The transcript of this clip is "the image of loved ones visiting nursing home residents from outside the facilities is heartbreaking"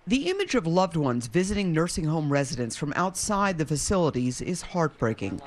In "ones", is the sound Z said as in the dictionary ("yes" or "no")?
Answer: yes